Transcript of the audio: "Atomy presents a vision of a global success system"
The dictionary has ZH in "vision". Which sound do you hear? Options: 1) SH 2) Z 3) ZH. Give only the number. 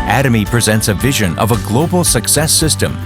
3